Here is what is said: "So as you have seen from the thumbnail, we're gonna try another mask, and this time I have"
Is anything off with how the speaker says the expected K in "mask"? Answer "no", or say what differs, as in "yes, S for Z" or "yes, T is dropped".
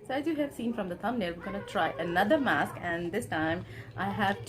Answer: no